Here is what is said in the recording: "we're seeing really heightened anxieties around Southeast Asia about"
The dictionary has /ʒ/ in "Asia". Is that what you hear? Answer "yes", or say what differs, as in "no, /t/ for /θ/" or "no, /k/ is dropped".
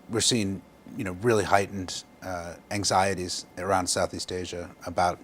yes